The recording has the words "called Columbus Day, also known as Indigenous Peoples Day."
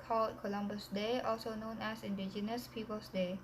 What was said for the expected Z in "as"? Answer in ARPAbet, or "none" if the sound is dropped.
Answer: S